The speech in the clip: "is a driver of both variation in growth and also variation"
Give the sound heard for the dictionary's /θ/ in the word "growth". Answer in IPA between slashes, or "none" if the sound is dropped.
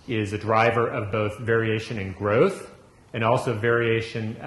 /θ/